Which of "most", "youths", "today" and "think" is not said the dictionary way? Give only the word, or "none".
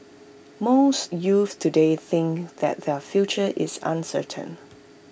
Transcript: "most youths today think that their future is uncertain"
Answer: youths